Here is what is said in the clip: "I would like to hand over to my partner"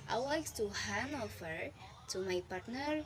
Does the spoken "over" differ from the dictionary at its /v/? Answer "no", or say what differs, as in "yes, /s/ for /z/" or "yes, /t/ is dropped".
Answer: yes, /f/ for /v/